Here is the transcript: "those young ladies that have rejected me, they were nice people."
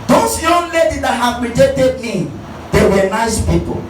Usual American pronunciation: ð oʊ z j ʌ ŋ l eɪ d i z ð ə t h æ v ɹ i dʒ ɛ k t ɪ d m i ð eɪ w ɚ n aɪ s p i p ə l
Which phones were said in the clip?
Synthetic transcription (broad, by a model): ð oʊ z j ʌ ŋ l eɪ d i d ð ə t h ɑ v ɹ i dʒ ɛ t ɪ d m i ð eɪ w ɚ n aɪ s p i p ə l